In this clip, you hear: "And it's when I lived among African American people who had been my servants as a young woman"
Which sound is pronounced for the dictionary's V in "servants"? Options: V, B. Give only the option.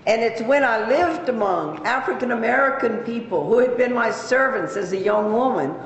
V